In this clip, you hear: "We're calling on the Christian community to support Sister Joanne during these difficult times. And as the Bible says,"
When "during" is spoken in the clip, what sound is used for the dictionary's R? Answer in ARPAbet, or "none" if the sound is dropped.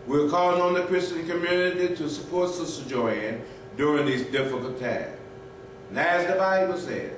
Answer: R